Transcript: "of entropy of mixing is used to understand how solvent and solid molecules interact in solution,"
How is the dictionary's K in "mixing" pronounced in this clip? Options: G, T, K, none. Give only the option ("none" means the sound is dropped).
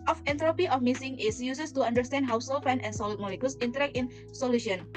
none